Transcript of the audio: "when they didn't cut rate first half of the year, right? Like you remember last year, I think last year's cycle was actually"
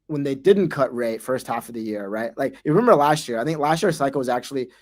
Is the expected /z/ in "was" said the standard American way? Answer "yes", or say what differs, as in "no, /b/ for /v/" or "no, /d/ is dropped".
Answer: yes